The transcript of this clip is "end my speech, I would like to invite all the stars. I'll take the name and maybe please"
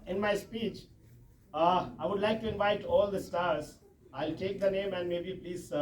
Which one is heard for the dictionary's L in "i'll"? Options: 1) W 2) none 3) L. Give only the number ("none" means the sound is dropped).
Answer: 3